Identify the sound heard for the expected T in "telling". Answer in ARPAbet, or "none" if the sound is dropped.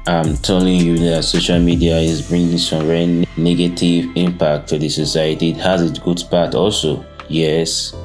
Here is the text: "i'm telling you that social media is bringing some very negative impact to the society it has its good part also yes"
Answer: T